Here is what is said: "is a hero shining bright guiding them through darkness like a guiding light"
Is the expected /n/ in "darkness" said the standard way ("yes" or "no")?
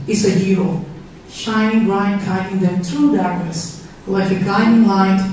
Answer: no